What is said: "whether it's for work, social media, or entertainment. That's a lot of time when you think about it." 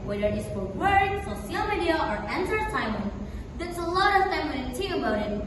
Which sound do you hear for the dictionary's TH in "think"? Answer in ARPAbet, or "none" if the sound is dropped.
T